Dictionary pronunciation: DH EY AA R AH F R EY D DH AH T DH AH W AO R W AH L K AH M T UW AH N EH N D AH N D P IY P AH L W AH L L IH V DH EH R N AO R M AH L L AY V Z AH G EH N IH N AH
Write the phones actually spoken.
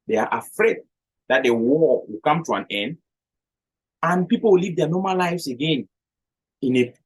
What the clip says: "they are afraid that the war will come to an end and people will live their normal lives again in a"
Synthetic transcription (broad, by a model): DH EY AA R AH F R EY D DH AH T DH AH W AO W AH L K AH M T UW AH N EH N D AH N P IY P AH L W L L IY V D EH N AO M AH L L AY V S AH G EH N IH N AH